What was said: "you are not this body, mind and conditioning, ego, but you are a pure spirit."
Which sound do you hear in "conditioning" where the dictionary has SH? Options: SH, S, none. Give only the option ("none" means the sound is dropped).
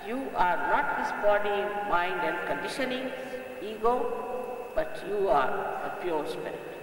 SH